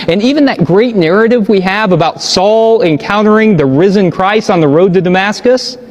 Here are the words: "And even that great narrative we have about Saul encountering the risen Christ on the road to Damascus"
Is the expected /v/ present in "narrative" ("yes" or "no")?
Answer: yes